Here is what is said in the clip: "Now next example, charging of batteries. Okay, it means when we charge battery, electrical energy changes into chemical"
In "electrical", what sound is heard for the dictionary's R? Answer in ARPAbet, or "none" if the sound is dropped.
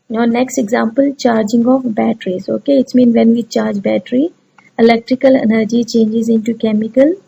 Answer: R